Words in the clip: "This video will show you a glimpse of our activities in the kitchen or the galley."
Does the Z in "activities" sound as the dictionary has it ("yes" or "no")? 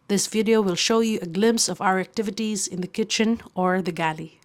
yes